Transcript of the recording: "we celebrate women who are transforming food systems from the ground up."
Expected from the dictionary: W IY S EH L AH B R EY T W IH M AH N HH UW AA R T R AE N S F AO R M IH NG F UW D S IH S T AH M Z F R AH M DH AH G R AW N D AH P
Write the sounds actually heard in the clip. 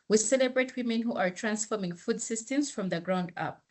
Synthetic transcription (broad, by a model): W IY S EH L AH B R EY T W IH M AH N HH UW AA R T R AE N S F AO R M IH NG F UW D S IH S T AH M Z F R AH M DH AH G R AW N D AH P